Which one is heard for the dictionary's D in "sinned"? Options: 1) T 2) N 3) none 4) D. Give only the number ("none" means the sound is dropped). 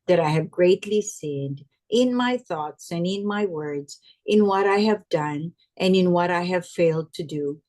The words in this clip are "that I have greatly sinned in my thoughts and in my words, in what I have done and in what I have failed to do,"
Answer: 4